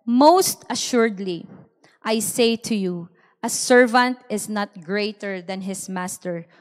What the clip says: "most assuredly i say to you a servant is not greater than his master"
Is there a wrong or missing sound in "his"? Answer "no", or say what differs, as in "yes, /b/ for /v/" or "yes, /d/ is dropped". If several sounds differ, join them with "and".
yes, /s/ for /z/